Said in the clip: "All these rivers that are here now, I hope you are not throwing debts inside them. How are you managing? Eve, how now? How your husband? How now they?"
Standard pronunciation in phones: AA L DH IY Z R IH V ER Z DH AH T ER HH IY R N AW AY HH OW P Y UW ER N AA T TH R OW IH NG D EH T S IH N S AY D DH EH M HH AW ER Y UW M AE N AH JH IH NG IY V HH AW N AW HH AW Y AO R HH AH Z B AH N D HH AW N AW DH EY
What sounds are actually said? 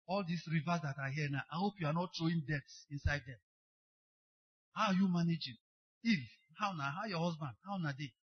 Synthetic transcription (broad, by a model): AA L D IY S R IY V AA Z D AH T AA HH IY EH N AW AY HH OW P Y UW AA N AA T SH OW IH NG D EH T S IH N S AY D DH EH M HH AW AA Y UW M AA N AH JH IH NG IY F HH AW N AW HH AW Y AO HH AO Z B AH N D HH AW N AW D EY